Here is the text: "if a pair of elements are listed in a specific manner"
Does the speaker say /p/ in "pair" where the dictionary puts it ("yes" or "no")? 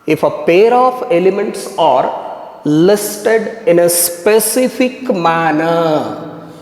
yes